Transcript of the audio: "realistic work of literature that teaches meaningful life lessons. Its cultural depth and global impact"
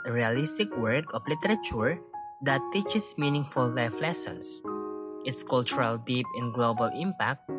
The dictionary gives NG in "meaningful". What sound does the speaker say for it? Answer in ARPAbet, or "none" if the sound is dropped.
NG